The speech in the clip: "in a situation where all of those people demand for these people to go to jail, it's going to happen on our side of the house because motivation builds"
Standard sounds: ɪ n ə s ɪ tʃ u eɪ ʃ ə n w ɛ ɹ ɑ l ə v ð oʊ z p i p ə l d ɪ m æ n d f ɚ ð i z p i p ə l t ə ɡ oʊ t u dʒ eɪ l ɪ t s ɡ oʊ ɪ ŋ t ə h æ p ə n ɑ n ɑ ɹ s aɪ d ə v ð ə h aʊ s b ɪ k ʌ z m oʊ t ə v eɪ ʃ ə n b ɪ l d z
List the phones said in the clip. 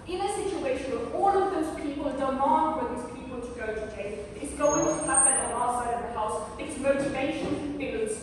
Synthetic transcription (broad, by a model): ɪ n ə s ɪ tʃ u eɪ ʃ ə n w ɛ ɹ ɑ l ə v ð oʊ z p i p ə l d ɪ m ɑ n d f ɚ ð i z p i p ə l t ə ɡ oʊ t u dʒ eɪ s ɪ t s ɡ oʊ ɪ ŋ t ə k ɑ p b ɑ l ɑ s aɪ d ə v ð ə h aʊ s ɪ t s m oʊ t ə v eɪ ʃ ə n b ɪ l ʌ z